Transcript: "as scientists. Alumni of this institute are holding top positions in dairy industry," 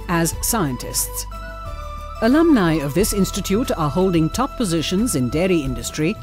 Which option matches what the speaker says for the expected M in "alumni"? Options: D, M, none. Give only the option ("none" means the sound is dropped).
M